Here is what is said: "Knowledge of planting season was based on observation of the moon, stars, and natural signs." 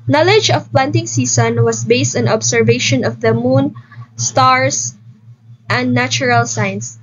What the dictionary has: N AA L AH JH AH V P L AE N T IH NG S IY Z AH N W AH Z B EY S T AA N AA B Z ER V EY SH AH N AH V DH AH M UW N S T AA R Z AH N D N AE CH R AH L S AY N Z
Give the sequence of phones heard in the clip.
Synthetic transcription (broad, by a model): N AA L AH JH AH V P L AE N T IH NG S IY S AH N W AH S B EY S T AA N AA B S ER V EY SH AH N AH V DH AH M UW N S T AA R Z AH N D N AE CH R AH L S AY N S